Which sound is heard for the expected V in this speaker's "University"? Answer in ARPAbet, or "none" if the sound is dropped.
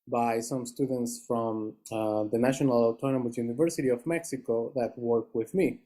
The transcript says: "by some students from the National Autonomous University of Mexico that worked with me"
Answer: V